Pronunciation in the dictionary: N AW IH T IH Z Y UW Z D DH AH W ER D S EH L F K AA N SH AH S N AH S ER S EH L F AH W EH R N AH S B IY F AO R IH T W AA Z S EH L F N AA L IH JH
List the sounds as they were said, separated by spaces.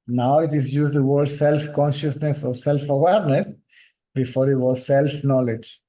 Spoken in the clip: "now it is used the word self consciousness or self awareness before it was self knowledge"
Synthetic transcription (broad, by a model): N AW IH T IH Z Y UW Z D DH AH W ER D S EH L F K AA N SH AH S N AH S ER S EH L F AH W EH R N AH S B IY F AO R IH T W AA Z S EH L F N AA L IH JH